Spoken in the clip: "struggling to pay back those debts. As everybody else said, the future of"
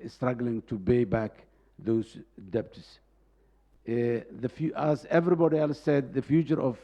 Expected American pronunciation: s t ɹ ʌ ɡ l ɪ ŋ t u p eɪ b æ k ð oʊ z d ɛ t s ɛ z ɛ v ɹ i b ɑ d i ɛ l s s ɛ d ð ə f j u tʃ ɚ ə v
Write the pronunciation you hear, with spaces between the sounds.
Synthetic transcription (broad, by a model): s t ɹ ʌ ɡ l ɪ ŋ t u b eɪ b æ k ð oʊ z d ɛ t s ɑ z ɛ v ɹ i b ɑ d i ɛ l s s ɛ d ð ə f j u tʃ ɚ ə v